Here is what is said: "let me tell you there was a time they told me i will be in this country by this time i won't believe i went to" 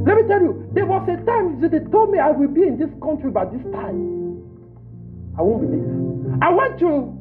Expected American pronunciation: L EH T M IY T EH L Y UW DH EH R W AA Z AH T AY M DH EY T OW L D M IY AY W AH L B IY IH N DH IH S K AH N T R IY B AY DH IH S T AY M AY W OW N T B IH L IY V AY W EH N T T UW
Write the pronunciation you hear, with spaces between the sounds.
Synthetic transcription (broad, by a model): L EH T M IY T EH L Y UW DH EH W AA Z AH T AY M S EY T OW L D M IY AY W AH L B IY IH N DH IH S K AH N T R IY B AY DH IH S T AY M AY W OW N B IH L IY AY W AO N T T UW